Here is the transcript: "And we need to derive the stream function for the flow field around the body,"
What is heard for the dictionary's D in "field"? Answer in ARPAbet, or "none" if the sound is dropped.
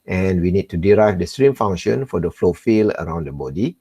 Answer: none